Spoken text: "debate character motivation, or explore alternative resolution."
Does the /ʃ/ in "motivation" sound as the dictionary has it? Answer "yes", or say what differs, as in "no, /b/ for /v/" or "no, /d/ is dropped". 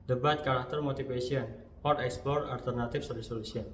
no, /s/ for /ʃ/